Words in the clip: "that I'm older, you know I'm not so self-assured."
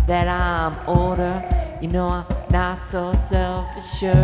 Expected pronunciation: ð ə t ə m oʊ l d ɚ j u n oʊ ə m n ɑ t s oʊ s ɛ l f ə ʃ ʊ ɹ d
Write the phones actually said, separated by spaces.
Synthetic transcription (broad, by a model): ð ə t ə m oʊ d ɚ j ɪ n oʊ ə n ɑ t s oʊ s ɛ l f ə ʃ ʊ